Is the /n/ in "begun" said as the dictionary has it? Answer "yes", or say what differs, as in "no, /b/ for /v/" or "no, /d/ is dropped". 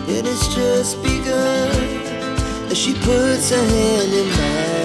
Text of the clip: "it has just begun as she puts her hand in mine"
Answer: no, /n/ is dropped